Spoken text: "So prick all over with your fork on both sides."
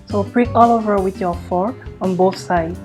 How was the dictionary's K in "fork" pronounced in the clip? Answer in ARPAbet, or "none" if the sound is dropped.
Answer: none